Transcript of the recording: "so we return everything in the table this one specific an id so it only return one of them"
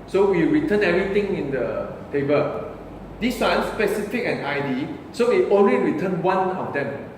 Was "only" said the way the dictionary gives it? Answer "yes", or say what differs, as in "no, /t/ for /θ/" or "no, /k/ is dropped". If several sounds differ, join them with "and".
yes